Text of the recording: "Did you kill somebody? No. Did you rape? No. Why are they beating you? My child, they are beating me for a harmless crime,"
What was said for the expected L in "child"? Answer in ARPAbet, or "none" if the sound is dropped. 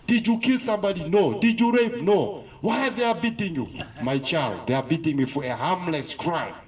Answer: L